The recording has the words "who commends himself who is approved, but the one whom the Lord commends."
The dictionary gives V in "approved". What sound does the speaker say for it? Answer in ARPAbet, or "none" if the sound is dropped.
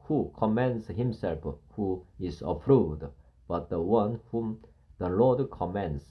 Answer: none